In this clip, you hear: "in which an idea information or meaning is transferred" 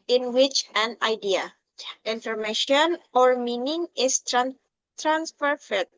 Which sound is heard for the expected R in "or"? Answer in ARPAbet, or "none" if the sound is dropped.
R